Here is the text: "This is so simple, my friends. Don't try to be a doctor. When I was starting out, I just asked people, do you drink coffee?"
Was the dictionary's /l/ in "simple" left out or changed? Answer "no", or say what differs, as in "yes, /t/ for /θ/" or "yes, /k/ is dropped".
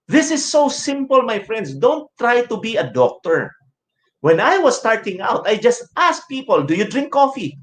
no